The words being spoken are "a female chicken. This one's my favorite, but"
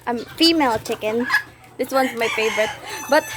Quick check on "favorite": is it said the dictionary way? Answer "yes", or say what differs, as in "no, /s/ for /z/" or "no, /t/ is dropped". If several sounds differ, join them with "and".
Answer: yes